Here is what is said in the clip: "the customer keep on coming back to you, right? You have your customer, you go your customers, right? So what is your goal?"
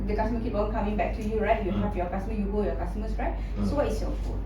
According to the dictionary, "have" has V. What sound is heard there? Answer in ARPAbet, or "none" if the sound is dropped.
P